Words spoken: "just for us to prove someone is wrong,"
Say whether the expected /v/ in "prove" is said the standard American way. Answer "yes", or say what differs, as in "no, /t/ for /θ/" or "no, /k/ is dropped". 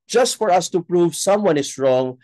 yes